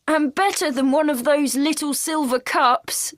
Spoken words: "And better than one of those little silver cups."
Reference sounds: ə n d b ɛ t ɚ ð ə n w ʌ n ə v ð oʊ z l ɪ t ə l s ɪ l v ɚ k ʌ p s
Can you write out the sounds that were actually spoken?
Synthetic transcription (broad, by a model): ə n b ɛ t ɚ ð ə n w ʌ n ə v ð oʊ z l ɪ t ə l s ɪ l v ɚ k ʌ p s